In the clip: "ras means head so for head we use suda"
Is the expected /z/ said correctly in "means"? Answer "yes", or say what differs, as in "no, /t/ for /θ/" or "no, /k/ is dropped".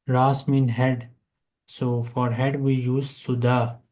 no, /z/ is dropped